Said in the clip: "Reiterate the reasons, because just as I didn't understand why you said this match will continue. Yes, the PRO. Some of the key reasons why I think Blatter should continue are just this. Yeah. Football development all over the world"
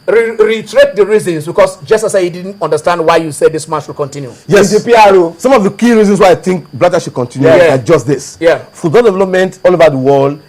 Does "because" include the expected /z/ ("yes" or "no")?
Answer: no